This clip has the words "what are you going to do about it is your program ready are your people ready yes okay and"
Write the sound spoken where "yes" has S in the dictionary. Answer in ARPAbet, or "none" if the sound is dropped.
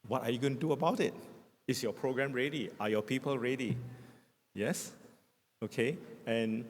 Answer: S